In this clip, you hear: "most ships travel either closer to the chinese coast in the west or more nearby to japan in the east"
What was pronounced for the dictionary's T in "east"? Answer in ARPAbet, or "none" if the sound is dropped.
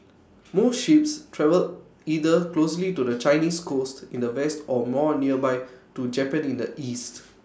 T